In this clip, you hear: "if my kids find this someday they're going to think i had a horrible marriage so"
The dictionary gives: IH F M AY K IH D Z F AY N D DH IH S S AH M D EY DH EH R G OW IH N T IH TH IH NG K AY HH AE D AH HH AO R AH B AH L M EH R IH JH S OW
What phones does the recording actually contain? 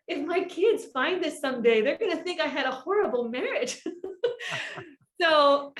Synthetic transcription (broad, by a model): IH F M AY K IH D Z F AY N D DH IH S S AH M D EY DH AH R G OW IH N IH TH IH NG K AY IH D AH HH AO R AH B L M EH R IH JH S OW